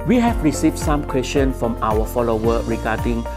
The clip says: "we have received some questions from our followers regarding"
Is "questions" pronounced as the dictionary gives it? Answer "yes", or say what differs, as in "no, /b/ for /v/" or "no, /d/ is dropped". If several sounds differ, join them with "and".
no, /z/ is dropped